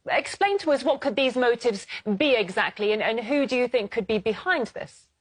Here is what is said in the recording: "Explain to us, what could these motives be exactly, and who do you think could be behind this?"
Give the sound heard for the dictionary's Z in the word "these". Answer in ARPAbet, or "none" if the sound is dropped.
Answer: Z